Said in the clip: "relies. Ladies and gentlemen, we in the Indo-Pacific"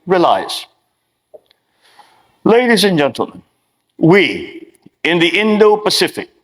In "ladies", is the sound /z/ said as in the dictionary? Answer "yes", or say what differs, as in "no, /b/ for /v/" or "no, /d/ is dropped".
yes